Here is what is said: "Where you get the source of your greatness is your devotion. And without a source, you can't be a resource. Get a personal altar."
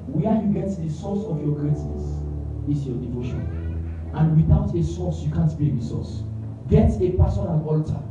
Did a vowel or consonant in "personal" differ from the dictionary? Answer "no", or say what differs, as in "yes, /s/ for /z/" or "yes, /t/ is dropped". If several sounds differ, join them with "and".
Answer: yes, /n/ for /l/